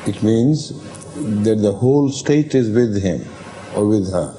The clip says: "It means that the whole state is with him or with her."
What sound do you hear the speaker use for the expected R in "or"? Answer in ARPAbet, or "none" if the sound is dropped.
R